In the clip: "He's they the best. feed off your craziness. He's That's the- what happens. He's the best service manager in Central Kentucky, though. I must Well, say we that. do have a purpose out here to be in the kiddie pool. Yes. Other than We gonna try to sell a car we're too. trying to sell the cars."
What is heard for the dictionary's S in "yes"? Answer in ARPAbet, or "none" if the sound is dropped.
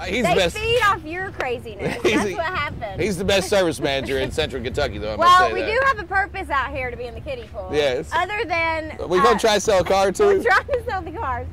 S